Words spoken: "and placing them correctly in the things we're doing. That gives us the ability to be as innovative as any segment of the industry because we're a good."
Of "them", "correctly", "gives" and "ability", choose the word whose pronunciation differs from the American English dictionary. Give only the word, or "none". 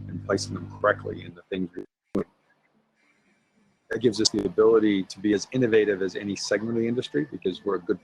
none